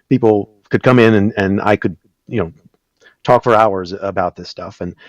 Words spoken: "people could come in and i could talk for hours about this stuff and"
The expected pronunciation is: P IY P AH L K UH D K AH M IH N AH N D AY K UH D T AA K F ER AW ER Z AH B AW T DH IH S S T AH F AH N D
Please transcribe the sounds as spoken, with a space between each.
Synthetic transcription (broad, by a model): P IY P L K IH D K AH M IH N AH N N AY K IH D T AA K F ER AW ER Z AH B AW T DH IH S S T AH F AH N